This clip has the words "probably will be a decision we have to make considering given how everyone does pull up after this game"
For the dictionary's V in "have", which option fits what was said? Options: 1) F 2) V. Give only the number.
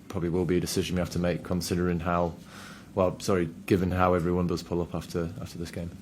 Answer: 1